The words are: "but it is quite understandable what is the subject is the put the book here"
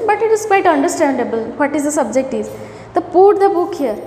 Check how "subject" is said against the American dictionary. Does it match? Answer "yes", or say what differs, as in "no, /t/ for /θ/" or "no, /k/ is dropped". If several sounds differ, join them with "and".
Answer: yes